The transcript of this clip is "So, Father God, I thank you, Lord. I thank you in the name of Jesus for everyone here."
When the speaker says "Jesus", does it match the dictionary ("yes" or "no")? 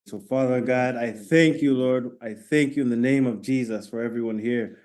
yes